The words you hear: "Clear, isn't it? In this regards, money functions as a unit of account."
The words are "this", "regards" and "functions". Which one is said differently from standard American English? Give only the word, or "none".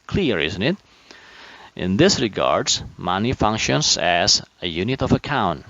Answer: none